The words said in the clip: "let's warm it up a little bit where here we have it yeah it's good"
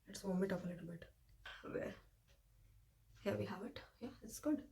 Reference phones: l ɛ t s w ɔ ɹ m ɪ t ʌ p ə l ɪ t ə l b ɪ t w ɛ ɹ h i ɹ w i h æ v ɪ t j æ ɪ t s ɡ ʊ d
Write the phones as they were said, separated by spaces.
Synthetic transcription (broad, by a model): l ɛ t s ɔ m ɪ t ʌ f ə l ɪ t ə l b ɪ t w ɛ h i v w i h æ v ɪ t j æ ɪ t s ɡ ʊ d